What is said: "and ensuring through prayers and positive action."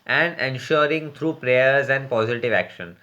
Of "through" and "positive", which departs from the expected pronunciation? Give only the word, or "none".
through